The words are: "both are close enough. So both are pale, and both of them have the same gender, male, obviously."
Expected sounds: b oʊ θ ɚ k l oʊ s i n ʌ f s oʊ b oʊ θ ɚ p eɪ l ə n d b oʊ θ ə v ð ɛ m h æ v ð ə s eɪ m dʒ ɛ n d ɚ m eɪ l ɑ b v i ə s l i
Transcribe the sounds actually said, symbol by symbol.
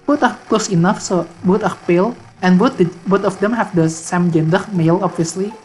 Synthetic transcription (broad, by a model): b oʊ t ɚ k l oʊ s i n ʌ f s oʊ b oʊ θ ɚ p eɪ l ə n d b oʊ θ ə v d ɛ m h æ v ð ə s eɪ m dʒ ɛ n d ɚ m eɪ l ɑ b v i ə s l i